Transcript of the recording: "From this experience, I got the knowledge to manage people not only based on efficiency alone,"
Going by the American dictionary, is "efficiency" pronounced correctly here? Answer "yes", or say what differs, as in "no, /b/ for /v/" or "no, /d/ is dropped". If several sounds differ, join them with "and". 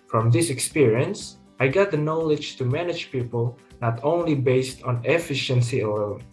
yes